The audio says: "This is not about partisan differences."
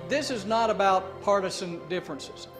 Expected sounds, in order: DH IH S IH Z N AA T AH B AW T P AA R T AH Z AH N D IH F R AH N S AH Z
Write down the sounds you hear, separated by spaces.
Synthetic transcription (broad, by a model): DH IH S IH Z N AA T AH B AW T P AA R T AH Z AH N D IH F R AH N S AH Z